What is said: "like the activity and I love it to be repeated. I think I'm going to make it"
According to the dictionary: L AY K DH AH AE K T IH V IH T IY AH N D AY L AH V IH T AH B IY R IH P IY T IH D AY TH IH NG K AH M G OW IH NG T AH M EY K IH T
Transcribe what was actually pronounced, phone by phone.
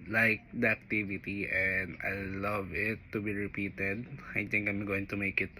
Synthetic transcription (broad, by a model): L AY K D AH AE K T IH V IH T IY AH N D AY L AH V IH T AH B IY R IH P IY T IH D AY T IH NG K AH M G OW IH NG T AH M EY K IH T